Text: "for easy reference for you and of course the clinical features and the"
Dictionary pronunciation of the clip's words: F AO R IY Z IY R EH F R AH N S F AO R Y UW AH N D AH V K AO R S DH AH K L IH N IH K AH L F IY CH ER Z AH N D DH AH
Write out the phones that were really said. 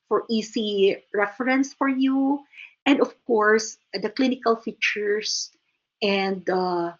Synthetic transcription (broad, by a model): F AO R IY S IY R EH F R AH N S F AO R Y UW AH N D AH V K AO R S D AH K L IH N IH K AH L F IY CH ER S AH N D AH